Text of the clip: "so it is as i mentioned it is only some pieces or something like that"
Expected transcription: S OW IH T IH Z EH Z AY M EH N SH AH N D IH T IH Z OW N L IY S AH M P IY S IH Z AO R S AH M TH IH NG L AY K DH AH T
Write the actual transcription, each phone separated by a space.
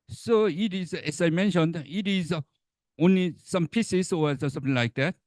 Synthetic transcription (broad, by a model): S OW IH T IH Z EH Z AY M EH N SH AH N D IH T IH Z OW N L IY S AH M P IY S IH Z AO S S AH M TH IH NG L AY K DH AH T